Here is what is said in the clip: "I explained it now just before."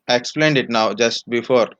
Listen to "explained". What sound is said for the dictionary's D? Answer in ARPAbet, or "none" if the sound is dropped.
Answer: D